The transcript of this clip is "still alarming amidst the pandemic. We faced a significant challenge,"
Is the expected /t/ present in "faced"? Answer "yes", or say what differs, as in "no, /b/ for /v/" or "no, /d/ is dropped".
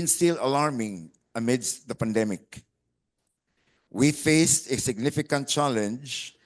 yes